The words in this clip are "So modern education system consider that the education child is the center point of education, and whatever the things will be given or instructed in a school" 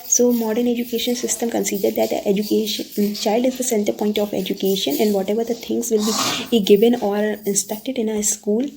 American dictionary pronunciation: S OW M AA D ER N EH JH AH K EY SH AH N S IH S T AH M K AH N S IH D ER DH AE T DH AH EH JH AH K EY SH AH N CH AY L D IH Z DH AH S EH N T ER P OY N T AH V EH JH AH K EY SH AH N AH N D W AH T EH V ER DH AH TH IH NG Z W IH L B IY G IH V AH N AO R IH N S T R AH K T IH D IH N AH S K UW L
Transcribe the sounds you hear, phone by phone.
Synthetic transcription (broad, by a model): S OW M AA D ER N EH JH AH K EY SH AH N S IH S T AH M K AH N S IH D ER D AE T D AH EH JH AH K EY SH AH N CH AY L D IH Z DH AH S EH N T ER P OY N T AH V EH JH AH K EY SH AH N AH N D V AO T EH V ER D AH T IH NG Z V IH L B IY G IH V AH N AO R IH N S T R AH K T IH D IH N AH S K UW L